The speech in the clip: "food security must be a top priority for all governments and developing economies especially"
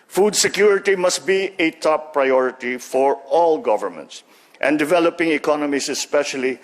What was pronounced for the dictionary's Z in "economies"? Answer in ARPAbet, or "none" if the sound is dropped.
S